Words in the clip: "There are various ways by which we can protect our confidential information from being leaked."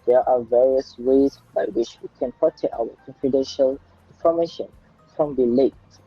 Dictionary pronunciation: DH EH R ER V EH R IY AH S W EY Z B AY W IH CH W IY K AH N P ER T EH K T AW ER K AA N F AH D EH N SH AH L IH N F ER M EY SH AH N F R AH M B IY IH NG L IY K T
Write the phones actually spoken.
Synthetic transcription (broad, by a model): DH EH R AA V EH R IY AH S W EY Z B AY W IH CH W IY K AH N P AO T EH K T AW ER K AA N F AH D EH N SH AH L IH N F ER M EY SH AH N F R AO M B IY L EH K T